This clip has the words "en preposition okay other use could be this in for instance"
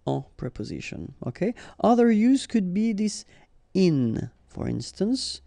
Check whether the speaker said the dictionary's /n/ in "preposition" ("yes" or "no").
yes